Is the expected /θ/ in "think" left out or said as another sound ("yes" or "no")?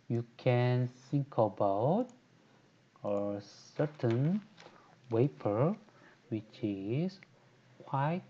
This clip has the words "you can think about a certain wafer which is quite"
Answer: yes